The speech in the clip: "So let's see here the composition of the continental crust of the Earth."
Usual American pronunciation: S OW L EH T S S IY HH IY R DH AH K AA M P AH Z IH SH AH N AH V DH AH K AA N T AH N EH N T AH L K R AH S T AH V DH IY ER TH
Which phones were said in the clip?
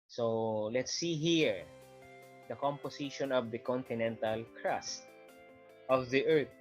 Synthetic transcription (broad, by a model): S OW L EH T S S IY HH IY R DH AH K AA M P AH S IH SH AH N AH V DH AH K AA N T AH N EH N T AH L K R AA S T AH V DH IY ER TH